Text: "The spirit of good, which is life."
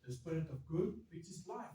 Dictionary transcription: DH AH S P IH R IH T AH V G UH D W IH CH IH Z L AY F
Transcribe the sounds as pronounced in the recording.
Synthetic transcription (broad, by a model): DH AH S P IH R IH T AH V G UH D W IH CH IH S L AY